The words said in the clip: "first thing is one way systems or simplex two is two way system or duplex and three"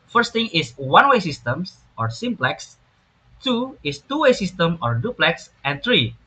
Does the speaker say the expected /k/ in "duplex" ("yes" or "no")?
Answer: yes